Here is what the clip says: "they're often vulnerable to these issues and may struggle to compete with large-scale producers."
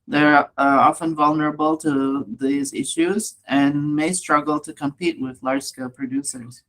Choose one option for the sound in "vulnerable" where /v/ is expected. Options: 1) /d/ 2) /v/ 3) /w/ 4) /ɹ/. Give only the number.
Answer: 2